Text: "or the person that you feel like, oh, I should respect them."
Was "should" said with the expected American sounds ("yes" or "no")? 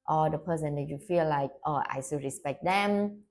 no